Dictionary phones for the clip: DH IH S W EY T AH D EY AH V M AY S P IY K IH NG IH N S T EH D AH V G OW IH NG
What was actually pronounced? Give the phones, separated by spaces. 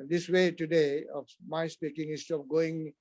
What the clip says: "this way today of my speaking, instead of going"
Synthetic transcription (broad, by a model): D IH S W EY T AH D EY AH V M AY S P IY K IH NG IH S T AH P G OW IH NG